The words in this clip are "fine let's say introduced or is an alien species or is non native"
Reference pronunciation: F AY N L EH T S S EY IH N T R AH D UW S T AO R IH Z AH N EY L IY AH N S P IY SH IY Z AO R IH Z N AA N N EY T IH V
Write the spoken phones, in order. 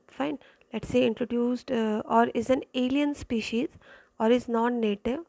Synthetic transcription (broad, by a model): F AY N L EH T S S EY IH N T R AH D UW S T AO R IH Z AH N EY L IY AH N S P IY SH IY Z AO R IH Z N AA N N EY T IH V